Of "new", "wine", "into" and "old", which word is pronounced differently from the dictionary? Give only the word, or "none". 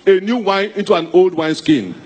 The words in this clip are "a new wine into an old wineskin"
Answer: none